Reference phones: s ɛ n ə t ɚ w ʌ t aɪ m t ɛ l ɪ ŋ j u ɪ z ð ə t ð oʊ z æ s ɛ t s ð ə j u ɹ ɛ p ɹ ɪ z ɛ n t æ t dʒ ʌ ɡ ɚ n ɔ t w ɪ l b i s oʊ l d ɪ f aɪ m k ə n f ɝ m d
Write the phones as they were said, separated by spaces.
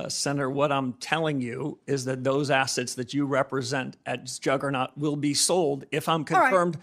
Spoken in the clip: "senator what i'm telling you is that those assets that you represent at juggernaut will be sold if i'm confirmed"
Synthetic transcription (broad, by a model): s ɛ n ə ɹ w ʌ t aɪ m t ɛ l ɪ ŋ j u ɪ z ð ə t ð oʊ z æ s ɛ t s ð ə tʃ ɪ ɹ ɛ p ɹ ɪ z ɛ n t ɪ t dʒ ʌ ɡ ɚ n ɔ t w ɪ l b i s oʊ l d ɪ f aɪ m k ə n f ɝ m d